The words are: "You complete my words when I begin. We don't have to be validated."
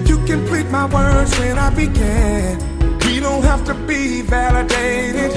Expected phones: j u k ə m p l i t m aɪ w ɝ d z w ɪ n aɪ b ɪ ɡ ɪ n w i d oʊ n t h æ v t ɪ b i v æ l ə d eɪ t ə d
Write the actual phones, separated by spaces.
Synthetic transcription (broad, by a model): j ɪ k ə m p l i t m aɪ w ɝ d z w ɪ n aɪ b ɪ ɡ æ n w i d oʊ n t h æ f t ɪ b i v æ l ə d eɪ t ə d